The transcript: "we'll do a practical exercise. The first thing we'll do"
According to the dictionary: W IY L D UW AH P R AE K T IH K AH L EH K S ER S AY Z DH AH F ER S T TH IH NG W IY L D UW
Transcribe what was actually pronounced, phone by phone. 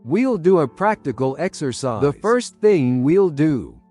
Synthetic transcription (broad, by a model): W IY L D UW AH P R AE K T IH K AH L EH K S ER S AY DH AH F ER S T TH IH NG W IY L D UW